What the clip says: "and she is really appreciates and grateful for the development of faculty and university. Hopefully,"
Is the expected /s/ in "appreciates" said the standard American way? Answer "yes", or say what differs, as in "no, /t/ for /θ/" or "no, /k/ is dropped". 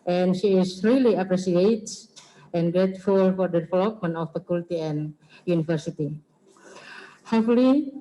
no, /s/ is dropped